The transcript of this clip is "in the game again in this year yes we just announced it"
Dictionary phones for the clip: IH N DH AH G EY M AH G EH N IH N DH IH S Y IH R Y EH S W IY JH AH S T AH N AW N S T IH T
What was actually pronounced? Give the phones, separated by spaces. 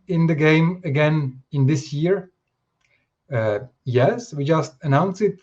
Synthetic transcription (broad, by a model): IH N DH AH G EY M AH G EH N IH N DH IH S Y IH R Y EH S W IY JH AH S T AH N AW N S IH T